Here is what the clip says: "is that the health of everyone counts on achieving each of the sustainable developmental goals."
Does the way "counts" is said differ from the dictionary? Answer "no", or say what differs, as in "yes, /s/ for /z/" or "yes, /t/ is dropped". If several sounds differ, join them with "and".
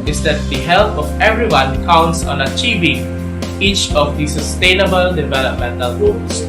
no